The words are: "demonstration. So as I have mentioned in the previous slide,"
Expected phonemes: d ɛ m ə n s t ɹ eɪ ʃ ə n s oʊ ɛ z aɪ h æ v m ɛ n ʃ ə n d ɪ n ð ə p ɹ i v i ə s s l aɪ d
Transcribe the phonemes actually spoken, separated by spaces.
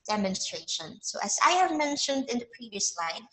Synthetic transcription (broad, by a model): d ɛ m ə n s t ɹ eɪ ʃ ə n s oʊ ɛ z aɪ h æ v m ɛ n ʃ ə n d ɪ n ð ə p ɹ i v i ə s s l aɪ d